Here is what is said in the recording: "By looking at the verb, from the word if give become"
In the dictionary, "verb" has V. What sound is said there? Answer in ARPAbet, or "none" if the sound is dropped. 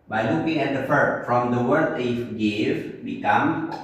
F